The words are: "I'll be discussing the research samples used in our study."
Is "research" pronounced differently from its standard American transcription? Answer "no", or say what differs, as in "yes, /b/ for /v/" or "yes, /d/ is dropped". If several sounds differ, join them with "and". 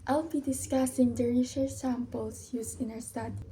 yes, /ʃ/ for /s/